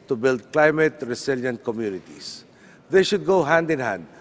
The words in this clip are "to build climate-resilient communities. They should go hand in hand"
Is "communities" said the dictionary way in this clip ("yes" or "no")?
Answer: no